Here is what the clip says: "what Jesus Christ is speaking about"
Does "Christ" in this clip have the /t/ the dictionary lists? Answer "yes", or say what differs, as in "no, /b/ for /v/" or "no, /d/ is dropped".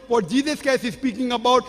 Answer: no, /t/ is dropped